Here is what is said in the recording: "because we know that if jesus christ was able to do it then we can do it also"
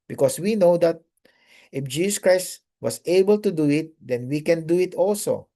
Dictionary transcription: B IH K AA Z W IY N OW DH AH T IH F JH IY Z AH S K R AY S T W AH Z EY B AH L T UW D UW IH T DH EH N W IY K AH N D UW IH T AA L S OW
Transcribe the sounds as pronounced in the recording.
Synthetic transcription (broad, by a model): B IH K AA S W IY N OW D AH T IH F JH IY S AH S K R AY S T W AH S EY B AH L T UW D UW IH T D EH N W IY K AH N D UW IH T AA L S OW